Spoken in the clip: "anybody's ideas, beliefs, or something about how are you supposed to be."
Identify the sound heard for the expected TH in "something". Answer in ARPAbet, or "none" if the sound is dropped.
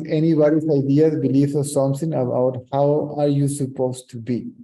S